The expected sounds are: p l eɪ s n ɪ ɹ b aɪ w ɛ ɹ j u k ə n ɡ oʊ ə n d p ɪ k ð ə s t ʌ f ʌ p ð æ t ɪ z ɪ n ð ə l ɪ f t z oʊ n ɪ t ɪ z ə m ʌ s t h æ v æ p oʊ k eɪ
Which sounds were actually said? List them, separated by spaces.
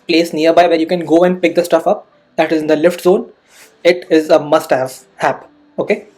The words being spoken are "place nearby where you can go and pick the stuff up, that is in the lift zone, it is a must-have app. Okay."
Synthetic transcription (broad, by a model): p l eɪ s n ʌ ɹ b aɪ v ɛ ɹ j u k ə n ɡ oʊ ə n d p ɪ k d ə s t ʌ f ʌ p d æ t ɪ z ɪ n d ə l ɪ f t z oʊ n ɪ t ɪ z ə m ʌ s t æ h æ p oʊ k eɪ